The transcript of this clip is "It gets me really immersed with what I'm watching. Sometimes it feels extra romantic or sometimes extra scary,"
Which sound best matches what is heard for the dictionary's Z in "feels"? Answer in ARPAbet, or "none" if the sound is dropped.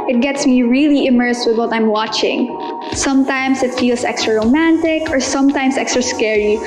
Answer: S